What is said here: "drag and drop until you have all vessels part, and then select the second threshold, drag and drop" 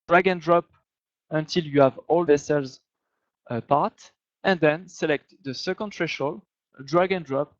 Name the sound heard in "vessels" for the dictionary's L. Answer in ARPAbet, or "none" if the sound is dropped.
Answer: L